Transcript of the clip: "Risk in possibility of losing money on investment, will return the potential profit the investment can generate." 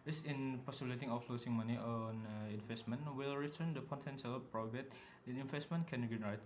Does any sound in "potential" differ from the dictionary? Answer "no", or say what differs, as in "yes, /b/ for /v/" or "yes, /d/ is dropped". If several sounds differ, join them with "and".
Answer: yes, /s/ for /ʃ/